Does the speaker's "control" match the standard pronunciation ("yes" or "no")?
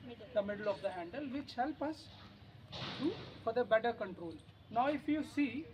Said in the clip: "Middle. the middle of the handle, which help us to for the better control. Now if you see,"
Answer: yes